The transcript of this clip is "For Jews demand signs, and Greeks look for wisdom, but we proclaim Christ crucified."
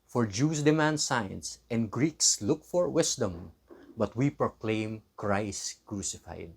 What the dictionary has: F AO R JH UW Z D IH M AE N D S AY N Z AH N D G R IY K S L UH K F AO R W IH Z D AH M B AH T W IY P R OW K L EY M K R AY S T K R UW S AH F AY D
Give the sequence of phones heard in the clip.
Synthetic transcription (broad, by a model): F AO R JH UW S D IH M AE N D S AY N S AH N D G R IY K S L UH K F AO R W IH S D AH M B AH T W IY P R OW K L EY M K R AY S K R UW S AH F AY D